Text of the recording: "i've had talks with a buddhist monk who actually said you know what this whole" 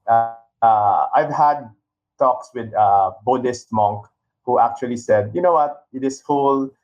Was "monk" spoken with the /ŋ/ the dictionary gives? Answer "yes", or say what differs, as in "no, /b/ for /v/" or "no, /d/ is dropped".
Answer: yes